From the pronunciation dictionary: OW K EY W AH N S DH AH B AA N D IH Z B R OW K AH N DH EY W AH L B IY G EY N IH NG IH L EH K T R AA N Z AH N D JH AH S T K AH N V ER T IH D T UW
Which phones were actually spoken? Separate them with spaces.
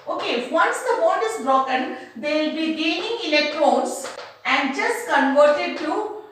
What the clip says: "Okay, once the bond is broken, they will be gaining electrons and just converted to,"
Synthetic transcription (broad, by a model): OW K EY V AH N S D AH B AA D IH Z B R OW K AH N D EY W L B IY G EY N IH NG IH L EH K T R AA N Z AH N D JH AH S T K AH N V ER T IH D T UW